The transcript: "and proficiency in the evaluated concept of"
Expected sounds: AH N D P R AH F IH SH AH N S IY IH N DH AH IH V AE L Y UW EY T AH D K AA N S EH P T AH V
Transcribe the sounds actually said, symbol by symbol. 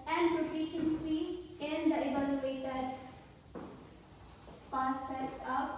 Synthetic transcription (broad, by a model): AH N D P R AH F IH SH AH N S IY IH N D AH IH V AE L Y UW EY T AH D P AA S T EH T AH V